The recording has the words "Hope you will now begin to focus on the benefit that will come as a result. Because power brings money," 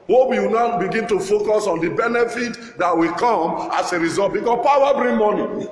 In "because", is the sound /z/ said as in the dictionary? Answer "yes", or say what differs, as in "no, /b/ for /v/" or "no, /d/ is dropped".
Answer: no, /z/ is dropped